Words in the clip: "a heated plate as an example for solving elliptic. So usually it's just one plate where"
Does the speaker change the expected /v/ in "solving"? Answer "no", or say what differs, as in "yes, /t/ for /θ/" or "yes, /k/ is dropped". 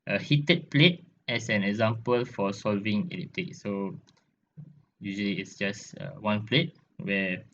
no